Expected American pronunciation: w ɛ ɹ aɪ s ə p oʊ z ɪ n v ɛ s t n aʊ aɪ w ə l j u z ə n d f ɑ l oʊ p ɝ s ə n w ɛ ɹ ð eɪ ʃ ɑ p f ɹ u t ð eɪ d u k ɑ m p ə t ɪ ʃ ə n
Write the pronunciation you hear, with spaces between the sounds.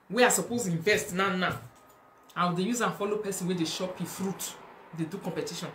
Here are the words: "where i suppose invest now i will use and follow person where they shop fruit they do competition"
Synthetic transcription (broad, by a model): w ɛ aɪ s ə p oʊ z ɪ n v ɛ s t n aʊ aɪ w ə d j u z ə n f ɑ l oʊ p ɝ s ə n w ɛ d eɪ ʃ ɑ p f ɹ u t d eɪ d u k ɑ m p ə t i ʃ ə n